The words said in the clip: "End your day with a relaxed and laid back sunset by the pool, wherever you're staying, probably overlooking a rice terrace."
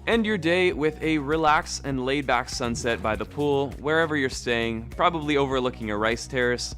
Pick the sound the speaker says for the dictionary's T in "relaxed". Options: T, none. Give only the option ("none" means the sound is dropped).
none